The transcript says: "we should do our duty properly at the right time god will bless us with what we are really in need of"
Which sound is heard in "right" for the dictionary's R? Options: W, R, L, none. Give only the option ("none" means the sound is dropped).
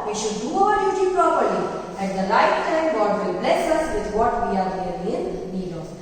L